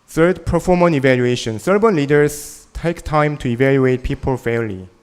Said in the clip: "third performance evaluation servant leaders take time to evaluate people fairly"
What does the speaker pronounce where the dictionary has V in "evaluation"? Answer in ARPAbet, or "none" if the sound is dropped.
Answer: V